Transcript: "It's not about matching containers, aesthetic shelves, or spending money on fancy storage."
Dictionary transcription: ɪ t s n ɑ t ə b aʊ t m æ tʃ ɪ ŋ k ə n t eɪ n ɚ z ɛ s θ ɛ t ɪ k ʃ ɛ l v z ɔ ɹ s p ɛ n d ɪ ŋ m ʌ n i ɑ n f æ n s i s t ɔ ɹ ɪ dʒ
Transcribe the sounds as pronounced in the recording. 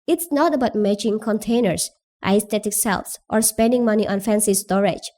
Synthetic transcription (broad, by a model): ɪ t s n ɑ t ə b aʊ t m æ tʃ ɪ ŋ k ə n t eɪ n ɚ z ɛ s t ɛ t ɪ k s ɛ l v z ɔ ɹ s p ɛ n d ɪ ŋ m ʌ n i ɑ n f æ n s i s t ɔ ɹ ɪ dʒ